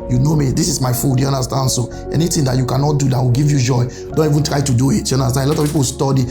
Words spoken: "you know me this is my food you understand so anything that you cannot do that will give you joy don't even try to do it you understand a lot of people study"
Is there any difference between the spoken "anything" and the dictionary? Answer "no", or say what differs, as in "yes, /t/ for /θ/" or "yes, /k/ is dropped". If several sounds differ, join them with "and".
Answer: yes, /t/ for /θ/